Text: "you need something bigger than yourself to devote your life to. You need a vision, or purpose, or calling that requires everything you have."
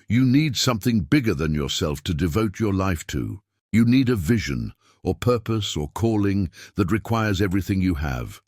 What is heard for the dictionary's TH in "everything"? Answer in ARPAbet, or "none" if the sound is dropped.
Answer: TH